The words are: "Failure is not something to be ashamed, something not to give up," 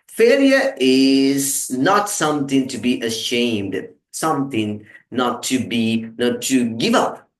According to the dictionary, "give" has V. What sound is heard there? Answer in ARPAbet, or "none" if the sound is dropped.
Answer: V